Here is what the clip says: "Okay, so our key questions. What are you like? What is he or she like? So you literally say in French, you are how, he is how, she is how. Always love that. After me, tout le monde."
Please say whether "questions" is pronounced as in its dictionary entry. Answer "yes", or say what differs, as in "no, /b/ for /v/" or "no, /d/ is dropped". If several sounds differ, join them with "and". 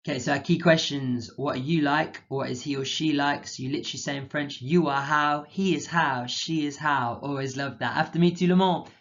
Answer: yes